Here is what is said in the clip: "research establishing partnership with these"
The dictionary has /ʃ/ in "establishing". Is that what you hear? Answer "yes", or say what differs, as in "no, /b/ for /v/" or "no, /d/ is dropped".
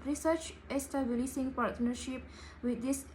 no, /s/ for /ʃ/